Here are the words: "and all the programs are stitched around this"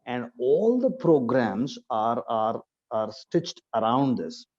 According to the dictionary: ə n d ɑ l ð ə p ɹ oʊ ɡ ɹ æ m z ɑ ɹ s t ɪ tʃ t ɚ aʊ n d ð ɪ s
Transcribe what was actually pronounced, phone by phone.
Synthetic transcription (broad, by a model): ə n d ɑ l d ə p ɹ oʊ ɡ ɹ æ m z ɑ ɹ s t ɪ tʃ t ɚ aʊ n d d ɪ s